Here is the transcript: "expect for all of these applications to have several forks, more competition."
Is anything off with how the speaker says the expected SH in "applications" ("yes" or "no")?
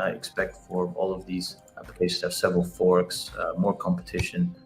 yes